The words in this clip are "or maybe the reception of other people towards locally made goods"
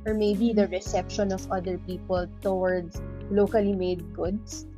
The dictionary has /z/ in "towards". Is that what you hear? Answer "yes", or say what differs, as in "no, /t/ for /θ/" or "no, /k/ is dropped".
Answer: no, /s/ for /z/